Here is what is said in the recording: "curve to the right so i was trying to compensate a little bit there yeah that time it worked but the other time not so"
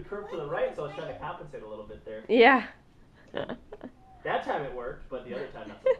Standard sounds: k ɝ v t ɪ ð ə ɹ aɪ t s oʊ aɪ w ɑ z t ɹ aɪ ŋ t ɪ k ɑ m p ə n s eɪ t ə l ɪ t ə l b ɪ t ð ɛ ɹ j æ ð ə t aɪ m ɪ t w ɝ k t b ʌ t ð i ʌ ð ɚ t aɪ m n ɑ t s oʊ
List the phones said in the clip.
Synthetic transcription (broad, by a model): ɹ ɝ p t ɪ ð ə ɹ aɪ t s oʊ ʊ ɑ s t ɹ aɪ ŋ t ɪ k ɑ m p ə n s eɪ t ə l ɪ t l b ɪ t ð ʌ ɹ j æ ð ə t aɪ m ɪ t w ɝ k t b ʌ t ð i ʌ ð ɚ t aɪ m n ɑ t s